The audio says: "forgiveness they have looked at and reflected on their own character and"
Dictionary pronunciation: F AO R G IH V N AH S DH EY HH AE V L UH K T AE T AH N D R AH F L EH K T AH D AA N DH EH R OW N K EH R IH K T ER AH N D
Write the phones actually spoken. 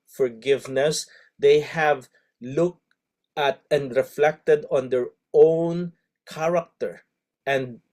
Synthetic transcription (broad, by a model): F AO R G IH V N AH S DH EY HH AE V L UH K T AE T AH N D R AH F L EH K T AH D AA N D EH R OW N K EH R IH K T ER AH N D